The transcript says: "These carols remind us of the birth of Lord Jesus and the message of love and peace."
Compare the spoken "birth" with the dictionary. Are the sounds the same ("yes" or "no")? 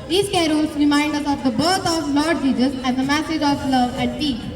no